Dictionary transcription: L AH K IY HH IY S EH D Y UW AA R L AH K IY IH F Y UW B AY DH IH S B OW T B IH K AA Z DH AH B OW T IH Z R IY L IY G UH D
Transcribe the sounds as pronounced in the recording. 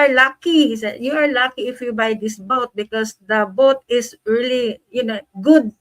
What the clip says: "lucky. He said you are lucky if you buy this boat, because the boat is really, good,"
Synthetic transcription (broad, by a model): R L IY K IY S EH Y UW AA R L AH K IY IH F Y UW B AY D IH S B OW T B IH K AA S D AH B OW T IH S R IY L IY G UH D